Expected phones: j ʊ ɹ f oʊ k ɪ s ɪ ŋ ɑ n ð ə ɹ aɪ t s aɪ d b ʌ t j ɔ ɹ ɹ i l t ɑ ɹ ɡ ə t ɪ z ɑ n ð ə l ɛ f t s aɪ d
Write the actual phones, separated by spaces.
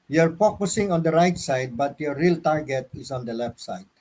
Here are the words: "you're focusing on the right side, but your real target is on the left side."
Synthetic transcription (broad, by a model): j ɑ ɹ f oʊ k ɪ s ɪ ŋ ɑ n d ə ɹ aɪ t s aɪ d b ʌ t j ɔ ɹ ɹ i l t ɑ ɹ ɡ ə t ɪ s ɑ n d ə l ɛ f t s aɪ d